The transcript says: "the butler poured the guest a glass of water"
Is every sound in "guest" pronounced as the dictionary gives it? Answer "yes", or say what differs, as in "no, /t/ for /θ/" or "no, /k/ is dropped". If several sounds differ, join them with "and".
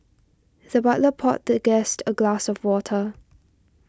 yes